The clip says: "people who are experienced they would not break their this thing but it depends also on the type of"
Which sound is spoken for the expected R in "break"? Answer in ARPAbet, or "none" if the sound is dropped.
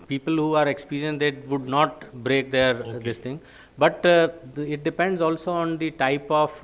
R